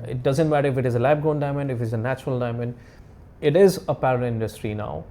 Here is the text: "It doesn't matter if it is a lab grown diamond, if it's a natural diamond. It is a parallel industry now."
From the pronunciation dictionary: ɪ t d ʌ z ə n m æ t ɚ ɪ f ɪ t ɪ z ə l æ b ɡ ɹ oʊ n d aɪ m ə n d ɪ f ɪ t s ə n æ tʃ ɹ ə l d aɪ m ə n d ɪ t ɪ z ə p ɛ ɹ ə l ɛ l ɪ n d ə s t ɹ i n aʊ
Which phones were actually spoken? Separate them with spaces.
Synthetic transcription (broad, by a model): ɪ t d ʌ z ə n m æ t ɚ ɪ f ɪ t ɪ z ə l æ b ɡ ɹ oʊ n d aɪ m ə n d ɪ f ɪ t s ə n æ tʃ ɹ ə l d aɪ m ə n d ɪ t ɪ z ə p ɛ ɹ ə ɪ n d ə s t ɹ i n aʊ